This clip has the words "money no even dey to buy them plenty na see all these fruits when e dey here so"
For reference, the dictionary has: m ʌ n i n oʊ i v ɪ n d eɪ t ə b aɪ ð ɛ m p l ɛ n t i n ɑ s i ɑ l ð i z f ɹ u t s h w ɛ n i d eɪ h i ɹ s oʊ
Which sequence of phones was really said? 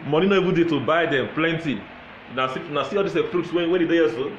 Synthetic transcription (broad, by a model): m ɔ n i n oʊ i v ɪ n d eɪ t ə b aɪ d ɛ m p l ɛ n t i n ɑ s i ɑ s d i s f ɹ u t s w w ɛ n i d eɪ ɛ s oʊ